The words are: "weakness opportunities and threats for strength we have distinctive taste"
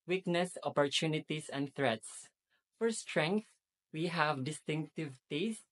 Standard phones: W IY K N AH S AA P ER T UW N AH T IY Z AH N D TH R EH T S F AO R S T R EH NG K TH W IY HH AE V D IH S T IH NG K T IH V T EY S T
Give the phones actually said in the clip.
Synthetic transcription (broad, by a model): W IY K N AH S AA P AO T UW N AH T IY S AH N D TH R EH T S F AO R S T R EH NG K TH W IY HH AE V D IH S T IH NG K T IH V T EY S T